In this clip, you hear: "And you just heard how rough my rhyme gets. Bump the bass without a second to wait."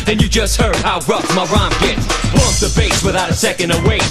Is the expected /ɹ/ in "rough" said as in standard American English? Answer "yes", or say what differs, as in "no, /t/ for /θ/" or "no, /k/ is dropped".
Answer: yes